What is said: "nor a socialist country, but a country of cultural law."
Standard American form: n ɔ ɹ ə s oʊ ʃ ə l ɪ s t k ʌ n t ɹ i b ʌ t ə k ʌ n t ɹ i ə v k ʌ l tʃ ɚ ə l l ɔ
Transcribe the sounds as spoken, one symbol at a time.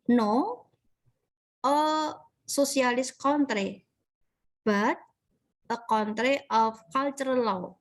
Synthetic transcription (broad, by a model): n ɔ ə s oʊ s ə l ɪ s k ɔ n t ɹ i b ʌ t ə k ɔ n t ɹ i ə f k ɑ l tʃ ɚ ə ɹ l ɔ